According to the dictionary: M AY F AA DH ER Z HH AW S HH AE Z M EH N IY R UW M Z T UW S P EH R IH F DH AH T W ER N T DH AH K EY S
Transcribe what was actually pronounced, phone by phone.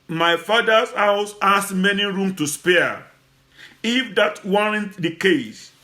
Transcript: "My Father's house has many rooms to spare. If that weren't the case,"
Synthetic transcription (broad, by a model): M AY F AA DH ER S HH AW S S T M EH N IY R UW M T UW S P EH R IH F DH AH T W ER N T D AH K EY S